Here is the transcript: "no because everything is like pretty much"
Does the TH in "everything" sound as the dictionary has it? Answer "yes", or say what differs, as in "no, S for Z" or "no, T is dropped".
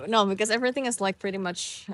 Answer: yes